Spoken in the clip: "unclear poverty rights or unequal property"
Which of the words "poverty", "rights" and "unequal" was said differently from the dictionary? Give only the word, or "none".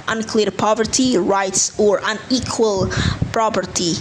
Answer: none